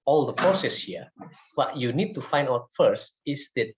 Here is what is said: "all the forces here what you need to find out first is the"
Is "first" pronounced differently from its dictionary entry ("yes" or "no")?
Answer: no